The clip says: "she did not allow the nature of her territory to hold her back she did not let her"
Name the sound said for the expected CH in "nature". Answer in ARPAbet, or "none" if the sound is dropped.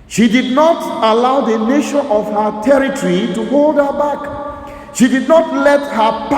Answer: SH